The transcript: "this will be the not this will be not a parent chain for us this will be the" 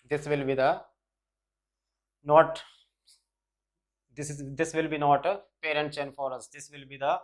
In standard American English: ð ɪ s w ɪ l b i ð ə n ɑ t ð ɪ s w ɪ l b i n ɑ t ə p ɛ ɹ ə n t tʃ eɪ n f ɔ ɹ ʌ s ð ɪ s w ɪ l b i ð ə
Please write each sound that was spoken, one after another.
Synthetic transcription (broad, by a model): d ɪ s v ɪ l b i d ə n ɑ t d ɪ s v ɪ l b i n ɑ t ə p ɛ ɹ ə n t s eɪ n f ɔ ɹ ʌ s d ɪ s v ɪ l b i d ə